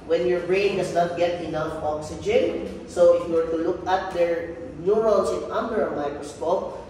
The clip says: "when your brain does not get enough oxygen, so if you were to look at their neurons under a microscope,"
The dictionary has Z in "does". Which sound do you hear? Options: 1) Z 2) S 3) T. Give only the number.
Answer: 2